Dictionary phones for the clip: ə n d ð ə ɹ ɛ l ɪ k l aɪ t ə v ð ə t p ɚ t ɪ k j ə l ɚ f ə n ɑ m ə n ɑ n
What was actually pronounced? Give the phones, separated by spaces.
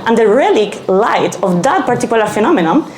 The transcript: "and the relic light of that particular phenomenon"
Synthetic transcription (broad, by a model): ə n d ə ɹ ɛ l ɪ k l aɪ t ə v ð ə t p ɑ t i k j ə l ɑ f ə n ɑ m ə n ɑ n